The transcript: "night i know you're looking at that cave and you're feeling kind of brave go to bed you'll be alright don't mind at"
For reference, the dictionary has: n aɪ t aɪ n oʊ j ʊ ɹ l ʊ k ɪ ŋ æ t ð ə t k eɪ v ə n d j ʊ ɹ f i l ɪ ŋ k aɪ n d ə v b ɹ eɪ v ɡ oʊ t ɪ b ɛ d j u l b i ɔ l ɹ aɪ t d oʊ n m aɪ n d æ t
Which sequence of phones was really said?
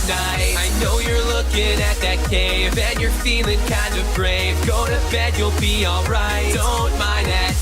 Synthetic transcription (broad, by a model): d aɪ aɪ n oʊ j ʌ ɹ l ʊ k ɪ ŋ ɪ t ð ə t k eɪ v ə n j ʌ ɹ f i l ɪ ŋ k aɪ n d ə v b ɹ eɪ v ɡ oʊ t ɪ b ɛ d j u l b i ɔ l ɹ aɪ t d oʊ n m aɪ n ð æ t